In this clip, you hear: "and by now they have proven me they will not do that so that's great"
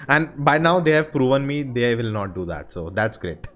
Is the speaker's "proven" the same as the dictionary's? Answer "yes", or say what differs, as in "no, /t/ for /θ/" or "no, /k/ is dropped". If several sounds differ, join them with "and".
yes